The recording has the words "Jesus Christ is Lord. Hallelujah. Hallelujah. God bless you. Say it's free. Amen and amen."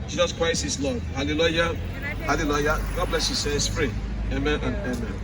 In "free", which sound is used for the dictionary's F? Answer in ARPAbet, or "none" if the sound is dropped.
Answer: P